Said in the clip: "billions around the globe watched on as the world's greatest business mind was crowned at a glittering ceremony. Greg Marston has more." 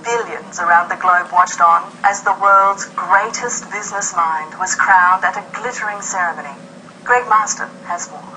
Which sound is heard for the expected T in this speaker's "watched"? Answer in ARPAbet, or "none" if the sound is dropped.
T